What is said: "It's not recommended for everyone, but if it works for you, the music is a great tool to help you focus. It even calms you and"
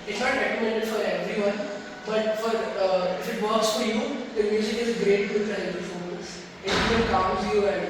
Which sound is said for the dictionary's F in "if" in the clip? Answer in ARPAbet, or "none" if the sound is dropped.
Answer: F